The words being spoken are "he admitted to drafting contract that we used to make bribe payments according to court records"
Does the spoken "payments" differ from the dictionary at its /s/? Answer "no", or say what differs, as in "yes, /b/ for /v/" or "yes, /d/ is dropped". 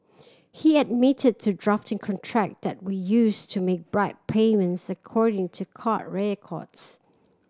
no